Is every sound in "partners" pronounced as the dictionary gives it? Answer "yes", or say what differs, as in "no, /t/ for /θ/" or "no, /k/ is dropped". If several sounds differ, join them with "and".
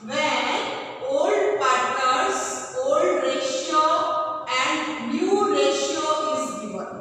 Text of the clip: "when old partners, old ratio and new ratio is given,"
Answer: no, /n/ is dropped